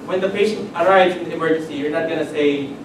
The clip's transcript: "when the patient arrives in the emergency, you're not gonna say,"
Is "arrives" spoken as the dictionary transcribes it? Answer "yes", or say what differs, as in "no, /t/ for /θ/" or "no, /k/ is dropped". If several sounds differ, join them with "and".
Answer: yes